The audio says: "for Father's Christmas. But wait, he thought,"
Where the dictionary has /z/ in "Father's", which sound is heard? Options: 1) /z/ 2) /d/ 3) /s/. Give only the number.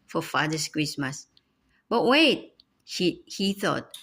3